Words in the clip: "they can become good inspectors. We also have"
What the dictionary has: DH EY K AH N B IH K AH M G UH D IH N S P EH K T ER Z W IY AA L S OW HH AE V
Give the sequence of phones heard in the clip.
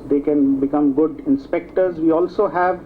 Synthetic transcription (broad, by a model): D EY K AH N B IH K AH M G UH D IH N S P EH K T ER Z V IY AA L S OW HH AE V